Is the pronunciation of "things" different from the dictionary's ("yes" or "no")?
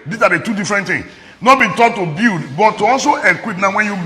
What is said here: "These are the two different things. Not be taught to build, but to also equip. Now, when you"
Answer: yes